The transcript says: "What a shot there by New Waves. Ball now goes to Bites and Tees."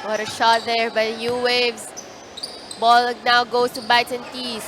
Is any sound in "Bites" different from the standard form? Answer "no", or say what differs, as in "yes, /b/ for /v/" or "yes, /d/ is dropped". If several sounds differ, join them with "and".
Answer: yes, /s/ is dropped